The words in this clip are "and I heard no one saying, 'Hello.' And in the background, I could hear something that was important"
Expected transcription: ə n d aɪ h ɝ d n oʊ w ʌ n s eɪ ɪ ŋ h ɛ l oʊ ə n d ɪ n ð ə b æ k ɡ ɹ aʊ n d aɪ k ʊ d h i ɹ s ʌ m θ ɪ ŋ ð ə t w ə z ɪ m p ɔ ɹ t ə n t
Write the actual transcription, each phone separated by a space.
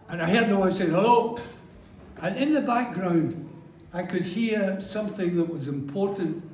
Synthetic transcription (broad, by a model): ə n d aɪ h ɝ d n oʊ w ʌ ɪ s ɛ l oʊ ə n ɪ n ð ə b æ k ɡ ɹ aʊ n d aɪ k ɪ d h i ɹ s ʌ m θ ɪ ŋ ð ə t w ə z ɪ m p ɔ ɹ t n t